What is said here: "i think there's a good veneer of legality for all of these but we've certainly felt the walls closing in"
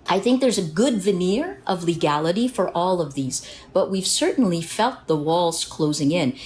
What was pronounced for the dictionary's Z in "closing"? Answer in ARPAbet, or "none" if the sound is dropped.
Z